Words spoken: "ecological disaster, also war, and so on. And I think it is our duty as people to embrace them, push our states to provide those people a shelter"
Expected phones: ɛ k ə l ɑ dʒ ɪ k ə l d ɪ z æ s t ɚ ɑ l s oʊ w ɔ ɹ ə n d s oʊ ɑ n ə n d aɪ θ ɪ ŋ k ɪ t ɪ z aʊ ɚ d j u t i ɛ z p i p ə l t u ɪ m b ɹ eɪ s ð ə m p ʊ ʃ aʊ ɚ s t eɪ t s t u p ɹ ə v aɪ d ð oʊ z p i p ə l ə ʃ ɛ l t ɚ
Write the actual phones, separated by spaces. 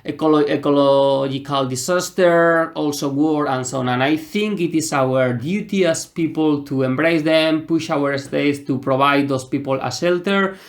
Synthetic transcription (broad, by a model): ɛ k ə l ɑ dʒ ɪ k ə l d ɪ s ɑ s t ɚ ɑ l s oʊ w ɔ ɹ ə n s oʊ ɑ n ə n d aɪ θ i ŋ k ɪ t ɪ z aʊ ɚ d j u t i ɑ s p i p ə l t u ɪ m b ɹ eɪ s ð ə m p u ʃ aʊ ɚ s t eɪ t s t u p ɹ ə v aɪ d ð oʊ s p i p ə l ə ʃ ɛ l t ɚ